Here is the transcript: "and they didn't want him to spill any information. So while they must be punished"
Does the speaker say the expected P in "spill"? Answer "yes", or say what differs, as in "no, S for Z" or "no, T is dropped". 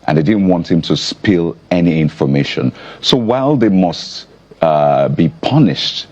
yes